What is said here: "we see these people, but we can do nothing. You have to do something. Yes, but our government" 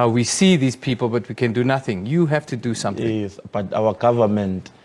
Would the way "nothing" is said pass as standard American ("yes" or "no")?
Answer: yes